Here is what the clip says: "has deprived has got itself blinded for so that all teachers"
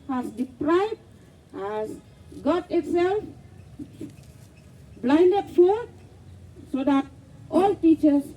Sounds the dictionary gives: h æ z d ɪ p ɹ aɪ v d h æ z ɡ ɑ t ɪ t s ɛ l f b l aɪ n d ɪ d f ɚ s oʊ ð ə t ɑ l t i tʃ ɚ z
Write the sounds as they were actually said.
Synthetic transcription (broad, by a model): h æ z d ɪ p ɹ aɪ b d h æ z ɡ ɑ t ɪ t s ɛ l f b l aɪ n d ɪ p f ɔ s oʊ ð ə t ɑ l t i tʃ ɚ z